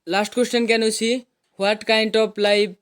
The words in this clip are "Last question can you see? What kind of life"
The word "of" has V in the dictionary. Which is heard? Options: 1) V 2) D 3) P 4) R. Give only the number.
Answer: 3